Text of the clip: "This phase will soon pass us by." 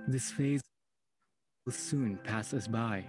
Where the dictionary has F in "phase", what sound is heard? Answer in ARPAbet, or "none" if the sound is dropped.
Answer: F